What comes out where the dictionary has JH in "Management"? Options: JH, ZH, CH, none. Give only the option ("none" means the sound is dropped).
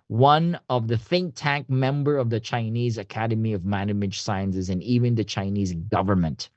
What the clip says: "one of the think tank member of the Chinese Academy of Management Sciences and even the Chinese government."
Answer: none